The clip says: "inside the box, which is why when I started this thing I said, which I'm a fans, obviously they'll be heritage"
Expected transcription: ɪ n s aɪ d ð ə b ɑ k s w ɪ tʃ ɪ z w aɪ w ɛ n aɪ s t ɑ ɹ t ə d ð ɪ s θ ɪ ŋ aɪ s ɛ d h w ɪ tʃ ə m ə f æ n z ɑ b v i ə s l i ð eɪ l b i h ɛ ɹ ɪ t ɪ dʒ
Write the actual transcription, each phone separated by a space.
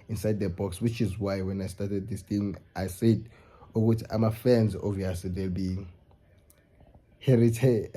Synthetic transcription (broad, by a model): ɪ n s aɪ d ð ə b ɑ k s w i tʃ ɪ z w aɪ w ɛ n aɪ s t ɑ t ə d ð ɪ s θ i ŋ aɪ s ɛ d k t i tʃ ə m ə f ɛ n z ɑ v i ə s l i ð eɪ l b i h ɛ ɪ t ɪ